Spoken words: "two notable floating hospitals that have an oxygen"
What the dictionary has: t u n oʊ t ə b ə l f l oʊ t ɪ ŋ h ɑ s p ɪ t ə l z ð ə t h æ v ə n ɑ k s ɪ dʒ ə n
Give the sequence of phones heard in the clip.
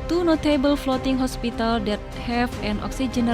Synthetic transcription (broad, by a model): t u n oʊ t ə b ə l f l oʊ t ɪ ŋ h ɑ s p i t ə l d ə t h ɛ f ə n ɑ k s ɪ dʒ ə n